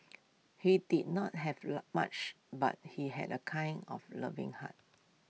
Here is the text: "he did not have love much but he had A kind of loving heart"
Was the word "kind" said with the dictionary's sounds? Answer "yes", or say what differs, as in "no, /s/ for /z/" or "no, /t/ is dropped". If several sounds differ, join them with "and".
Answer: no, /d/ is dropped